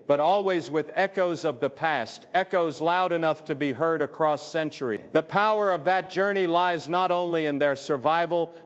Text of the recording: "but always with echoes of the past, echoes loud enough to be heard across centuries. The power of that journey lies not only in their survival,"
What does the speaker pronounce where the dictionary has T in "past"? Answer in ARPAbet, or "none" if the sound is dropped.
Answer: T